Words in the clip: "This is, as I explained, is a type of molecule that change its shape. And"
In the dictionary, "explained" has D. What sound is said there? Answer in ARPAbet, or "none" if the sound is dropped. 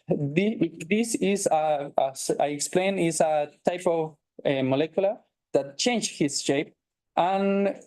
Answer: none